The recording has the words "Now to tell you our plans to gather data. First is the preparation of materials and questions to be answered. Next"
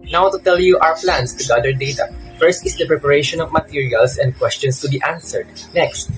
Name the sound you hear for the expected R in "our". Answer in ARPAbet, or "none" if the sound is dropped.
W